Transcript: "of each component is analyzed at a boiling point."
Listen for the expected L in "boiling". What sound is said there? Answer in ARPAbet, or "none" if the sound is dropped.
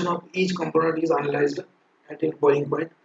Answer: none